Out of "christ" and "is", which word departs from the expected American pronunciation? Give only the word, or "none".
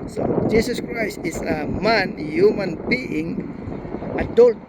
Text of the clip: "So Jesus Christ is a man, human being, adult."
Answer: is